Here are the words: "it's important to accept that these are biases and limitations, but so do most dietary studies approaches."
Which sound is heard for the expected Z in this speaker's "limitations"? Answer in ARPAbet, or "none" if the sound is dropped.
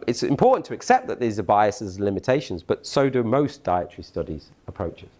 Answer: Z